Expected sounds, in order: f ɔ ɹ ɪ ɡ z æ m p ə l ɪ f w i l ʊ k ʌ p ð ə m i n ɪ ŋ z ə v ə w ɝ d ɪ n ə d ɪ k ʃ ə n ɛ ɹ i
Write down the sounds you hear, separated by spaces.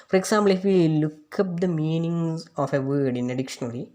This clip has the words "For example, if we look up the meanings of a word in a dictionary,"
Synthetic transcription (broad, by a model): f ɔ ɹ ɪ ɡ s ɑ m b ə l ɪ f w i l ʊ k ʌ p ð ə m i n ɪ ŋ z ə f ə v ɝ d ɪ n ə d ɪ k ʃ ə n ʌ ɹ i